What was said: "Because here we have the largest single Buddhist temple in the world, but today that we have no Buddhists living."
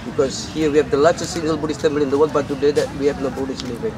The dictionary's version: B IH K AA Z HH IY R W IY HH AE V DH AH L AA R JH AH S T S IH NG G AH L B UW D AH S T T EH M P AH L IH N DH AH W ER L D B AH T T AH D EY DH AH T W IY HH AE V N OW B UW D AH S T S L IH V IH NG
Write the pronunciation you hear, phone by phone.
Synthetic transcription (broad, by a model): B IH K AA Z HH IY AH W IY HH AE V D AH L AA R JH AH S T S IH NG G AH L B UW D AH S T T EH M B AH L IH N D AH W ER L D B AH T T AH D EY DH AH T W IY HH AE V N OW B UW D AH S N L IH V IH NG